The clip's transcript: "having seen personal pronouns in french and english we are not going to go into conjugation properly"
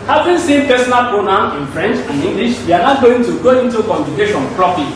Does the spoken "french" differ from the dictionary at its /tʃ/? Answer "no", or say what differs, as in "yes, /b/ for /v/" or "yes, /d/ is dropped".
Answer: no